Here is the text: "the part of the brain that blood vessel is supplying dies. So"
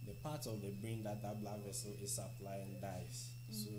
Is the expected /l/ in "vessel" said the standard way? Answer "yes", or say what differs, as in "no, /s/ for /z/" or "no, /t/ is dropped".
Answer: yes